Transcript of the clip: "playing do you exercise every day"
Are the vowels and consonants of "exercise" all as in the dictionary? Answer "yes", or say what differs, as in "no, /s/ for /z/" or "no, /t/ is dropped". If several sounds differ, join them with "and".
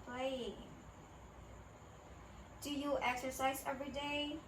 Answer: yes